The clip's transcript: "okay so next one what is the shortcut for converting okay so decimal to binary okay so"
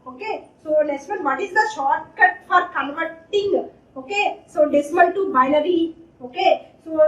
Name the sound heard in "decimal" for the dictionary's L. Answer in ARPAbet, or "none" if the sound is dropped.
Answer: N